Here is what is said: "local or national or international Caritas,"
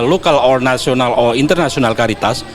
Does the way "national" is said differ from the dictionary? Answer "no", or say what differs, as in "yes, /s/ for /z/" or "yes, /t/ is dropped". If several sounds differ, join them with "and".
yes, /s/ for /ʃ/